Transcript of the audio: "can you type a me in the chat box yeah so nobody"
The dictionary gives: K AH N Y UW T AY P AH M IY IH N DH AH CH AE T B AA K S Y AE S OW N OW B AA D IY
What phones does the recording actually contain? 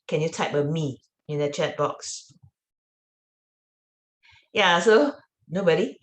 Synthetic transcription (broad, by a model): K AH N Y UW T AY P AH M IY IH N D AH CH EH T B AA K S Y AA S OW N OW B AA D IY